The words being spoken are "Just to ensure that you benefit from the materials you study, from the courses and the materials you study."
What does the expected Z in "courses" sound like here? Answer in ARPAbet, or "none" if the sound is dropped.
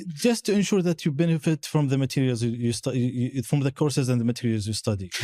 Z